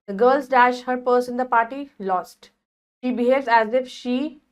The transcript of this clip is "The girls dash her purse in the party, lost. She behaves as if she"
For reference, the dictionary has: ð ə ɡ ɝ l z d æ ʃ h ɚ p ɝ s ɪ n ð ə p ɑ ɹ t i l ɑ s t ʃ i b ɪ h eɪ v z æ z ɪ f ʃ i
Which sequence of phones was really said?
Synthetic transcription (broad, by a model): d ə ɡ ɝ l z d æ ʃ h ɚ p ɝ s ɪ n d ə p ɑ ɹ t i l ɑ s t ʃ i b ɪ h eɪ v z æ z ɪ f ʃ i